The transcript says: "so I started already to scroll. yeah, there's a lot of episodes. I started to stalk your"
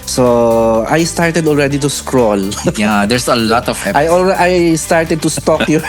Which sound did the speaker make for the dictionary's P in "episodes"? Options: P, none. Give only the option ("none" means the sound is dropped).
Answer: none